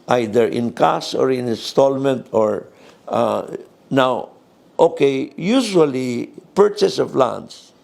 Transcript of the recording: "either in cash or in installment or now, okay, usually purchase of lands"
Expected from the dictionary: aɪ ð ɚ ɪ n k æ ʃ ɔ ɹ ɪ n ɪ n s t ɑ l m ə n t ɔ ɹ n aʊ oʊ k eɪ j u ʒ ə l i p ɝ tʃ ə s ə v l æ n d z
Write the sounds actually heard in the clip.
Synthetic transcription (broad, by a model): aɪ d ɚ ɪ n k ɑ s ɔ ɹ ɪ n ɪ n s t ɑ l m ə n t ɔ ɹ n aʊ oʊ k eɪ j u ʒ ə l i p ɝ tʃ ə s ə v l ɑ n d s